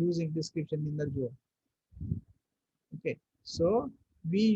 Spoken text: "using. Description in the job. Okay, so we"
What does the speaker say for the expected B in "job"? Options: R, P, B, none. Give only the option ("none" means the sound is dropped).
none